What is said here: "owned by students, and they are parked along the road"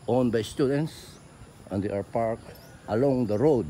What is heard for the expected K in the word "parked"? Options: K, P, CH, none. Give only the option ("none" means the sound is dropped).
K